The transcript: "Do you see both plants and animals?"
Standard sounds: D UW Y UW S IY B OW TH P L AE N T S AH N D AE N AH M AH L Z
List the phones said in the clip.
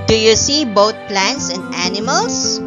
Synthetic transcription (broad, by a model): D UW Y UW S IY B OW T P L AE N T S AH N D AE N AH M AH L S